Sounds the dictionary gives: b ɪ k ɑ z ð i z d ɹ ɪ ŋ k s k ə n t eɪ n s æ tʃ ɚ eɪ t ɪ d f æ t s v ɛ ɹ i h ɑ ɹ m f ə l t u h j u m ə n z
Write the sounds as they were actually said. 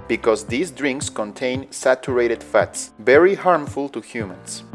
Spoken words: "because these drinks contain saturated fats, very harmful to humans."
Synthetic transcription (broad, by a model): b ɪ k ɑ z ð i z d ɹ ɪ ŋ k s k ə n t eɪ n s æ tʃ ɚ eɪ t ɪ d f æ t s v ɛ ɹ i h ɑ ɹ m f ə l t u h j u m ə n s